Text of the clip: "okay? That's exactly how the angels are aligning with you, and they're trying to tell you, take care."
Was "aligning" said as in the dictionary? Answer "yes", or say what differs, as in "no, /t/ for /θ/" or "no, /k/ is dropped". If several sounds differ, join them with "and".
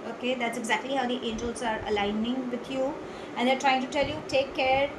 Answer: yes